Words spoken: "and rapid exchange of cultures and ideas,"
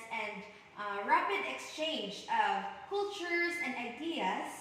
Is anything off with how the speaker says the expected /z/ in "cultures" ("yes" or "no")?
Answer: no